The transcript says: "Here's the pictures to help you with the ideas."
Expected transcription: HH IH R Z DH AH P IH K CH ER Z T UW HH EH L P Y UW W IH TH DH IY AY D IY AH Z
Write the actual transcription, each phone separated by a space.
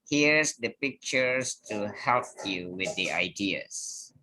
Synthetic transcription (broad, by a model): HH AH R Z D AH P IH K CH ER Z T UW HH EH L P Y UW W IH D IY AY D IY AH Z